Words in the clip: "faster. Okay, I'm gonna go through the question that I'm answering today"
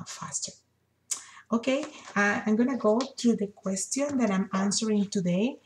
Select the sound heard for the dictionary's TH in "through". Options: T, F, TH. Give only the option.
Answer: T